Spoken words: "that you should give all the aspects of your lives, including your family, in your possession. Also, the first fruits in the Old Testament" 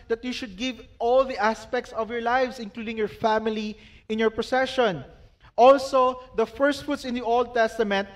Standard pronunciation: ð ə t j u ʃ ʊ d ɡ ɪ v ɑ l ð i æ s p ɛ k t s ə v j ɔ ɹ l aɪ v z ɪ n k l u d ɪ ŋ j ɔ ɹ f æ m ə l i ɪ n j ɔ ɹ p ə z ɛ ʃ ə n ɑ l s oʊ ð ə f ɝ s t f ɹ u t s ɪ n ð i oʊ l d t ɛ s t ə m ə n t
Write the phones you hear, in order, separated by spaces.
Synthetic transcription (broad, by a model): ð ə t j u ʃ ʊ d ɡ ɪ v ɑ l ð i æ s p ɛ k t s ə v j ɔ ɹ l aɪ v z ɪ n k l u d ɪ ŋ j ɔ ɹ f æ m ə l i ɪ n j ɔ ɹ p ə s ɛ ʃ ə n ɑ l s oʊ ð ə f ɝ s t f u t s ɪ n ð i oʊ l d t ɛ s t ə m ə n t